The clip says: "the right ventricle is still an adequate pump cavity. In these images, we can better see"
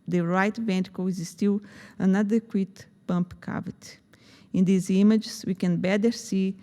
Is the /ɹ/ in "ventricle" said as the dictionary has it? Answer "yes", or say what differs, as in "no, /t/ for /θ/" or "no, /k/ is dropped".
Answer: no, /ɹ/ is dropped